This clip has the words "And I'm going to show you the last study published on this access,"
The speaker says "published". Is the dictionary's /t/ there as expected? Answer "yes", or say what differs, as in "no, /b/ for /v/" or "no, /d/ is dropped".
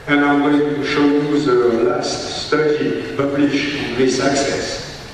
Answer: no, /t/ is dropped